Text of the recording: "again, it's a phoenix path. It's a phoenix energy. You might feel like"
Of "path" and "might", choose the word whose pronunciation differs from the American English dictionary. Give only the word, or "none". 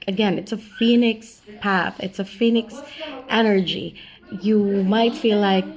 none